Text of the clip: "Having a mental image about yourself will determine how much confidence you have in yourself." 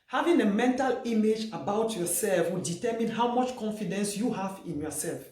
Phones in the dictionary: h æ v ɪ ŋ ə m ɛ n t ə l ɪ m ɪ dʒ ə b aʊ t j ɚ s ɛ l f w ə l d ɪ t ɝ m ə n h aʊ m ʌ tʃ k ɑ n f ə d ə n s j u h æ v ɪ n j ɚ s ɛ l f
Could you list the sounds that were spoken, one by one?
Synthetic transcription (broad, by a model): h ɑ v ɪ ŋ ə m ɛ n t ə l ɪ m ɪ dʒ ə b aʊ t j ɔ s ɛ l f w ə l d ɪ t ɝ m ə n h aʊ m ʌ tʃ k ɑ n f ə d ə n s j u h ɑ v ɪ n j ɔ s ɛ l f